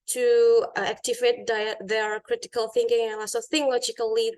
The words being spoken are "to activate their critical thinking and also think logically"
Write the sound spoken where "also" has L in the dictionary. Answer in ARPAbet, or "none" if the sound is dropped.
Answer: none